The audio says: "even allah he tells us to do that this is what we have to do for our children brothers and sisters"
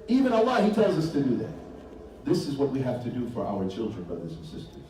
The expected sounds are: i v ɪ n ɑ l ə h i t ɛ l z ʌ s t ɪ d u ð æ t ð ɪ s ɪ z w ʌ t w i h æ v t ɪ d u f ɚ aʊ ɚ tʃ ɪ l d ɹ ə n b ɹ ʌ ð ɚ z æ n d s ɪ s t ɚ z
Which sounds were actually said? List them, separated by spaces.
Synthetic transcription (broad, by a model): i v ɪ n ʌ l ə h i t ɛ l z ʌ s t ɪ d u ð æ t ð ɪ s ɪ z w ʌ t w i h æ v t ɪ d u f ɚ aʊ ɚ tʃ ɪ l d ɹ ə n b ɹ ʌ ð ɚ z n s ɪ s t ɚ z